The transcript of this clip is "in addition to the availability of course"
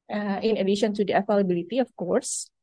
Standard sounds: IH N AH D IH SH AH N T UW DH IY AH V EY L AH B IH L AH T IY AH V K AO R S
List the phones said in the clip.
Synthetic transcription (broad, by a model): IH N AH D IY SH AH N T UW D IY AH F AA L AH B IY L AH T IY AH F K AO R S